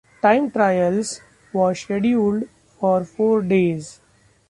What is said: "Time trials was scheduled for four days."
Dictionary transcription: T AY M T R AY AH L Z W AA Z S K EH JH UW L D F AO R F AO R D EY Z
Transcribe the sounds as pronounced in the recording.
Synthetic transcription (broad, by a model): T AY M T R AY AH L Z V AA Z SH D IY UW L D F AO R F AO R D EY Z